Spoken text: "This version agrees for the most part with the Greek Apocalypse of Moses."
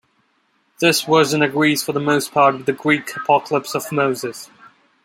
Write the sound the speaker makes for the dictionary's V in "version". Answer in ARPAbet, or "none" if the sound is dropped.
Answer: W